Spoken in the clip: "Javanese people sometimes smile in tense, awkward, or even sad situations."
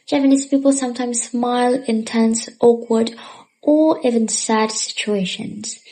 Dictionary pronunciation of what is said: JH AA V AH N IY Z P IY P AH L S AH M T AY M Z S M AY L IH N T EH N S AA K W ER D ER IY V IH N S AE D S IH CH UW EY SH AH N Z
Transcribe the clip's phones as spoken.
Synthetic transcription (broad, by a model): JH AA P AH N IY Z P IY P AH L S AH M T AY M Z S M AY L IH N T EH N S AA K W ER D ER IY V IH N S AE D S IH CH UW EY SH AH N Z